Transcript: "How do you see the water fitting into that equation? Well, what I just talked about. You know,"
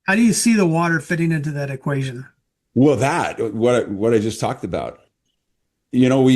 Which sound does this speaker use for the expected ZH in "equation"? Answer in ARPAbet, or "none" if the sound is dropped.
ZH